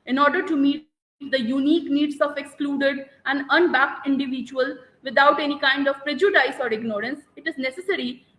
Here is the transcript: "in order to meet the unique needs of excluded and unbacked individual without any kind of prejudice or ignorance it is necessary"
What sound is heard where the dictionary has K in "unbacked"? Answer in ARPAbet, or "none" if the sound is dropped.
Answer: K